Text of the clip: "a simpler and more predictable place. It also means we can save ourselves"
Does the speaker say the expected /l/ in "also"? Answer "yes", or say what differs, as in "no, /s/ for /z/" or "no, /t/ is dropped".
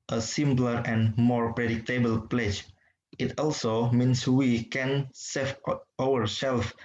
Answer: yes